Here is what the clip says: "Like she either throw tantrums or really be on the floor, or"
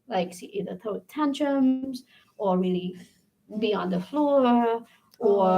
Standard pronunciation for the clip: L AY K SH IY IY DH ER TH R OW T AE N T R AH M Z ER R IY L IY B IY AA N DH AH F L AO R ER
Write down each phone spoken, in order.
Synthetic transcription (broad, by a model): L AY K S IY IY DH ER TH OW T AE N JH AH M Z ER R IY L IY B IY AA N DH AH F L AO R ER